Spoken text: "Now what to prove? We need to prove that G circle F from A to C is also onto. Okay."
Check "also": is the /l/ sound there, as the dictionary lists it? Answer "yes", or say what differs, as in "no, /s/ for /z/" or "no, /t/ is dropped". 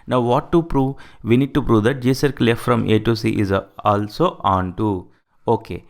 yes